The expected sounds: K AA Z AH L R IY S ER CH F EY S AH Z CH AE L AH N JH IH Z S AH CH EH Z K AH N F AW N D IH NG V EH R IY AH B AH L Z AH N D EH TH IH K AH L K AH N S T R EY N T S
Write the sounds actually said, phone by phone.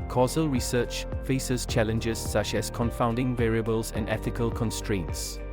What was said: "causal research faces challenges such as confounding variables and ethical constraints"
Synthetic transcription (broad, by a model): K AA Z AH L R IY S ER CH F EY S AH Z CH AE L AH N JH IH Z S AH CH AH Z K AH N F AW N D IH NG V EH R IY AH B AH L Z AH N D EH TH IH K AH L K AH N S T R EY N T S